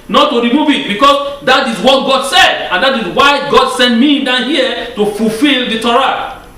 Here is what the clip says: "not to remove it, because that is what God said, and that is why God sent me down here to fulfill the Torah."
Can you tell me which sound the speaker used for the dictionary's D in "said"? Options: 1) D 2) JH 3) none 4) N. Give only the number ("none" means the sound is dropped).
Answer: 1